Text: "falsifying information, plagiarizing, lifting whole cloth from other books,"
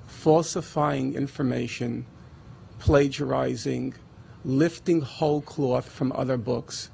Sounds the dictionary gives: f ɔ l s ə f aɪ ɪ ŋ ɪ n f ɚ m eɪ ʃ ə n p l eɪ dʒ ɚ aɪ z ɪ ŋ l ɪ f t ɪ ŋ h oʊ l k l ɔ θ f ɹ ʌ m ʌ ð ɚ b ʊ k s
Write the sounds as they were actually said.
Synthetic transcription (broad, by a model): f ɔ l s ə f aɪ ɪ ŋ ɪ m f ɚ m eɪ ʃ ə n p l eɪ dʒ ɚ aɪ z ɪ ŋ l ɪ f t ɪ ŋ h oʊ l k l ɔ θ f ɹ ʌ m ʌ ð ɚ b ʊ k s